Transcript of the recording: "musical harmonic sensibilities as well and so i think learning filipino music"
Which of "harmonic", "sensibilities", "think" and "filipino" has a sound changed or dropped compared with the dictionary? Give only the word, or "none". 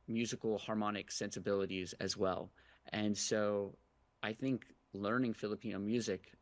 none